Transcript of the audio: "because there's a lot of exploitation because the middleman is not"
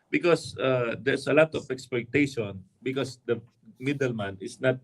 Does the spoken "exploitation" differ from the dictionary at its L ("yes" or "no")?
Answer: yes